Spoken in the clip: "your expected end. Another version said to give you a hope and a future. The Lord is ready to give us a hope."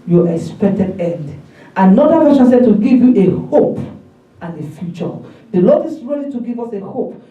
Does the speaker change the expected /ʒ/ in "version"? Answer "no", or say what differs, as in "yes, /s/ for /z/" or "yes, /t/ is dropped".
yes, /ʃ/ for /ʒ/